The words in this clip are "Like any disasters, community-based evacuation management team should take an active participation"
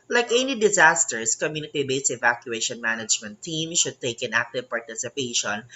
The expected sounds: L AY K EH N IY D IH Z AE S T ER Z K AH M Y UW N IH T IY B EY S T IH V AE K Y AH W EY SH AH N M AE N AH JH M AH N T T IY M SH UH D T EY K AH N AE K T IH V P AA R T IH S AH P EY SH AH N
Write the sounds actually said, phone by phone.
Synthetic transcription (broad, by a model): L AY K EH N IY D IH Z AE S T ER S K AH M Y UW N IH T IY B EY S IH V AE K Y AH EY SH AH N M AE N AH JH M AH N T T IY M SH UH D T EY K AH N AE K T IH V P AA R T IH S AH P EY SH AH N